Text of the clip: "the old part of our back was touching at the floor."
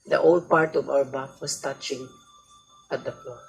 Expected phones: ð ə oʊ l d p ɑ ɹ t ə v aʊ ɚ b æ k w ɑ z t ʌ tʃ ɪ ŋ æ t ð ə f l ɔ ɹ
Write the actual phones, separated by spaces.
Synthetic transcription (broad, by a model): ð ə oʊ l d p ɑ ɹ t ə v aʊ ɚ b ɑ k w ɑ s t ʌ tʃ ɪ ŋ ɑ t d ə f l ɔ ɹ